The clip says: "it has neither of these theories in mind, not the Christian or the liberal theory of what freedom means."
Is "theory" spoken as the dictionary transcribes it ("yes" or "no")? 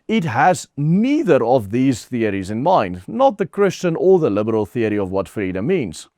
yes